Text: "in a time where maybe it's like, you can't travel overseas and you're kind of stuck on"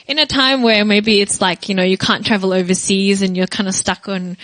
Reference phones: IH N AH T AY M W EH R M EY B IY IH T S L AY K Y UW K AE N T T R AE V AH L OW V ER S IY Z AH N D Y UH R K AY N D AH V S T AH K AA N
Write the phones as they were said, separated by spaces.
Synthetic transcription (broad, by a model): IH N AH T AY M W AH R M EY B IY IH T S L AY K Y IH K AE N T T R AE V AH L OW V ER S IY Z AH N Y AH R K AY N D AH S T AH K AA N